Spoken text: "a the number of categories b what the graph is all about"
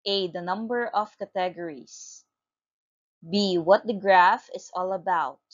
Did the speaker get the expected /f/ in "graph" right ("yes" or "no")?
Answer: yes